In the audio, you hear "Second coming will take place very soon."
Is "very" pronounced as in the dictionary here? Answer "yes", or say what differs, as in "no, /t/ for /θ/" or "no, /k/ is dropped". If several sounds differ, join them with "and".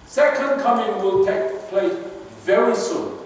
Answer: yes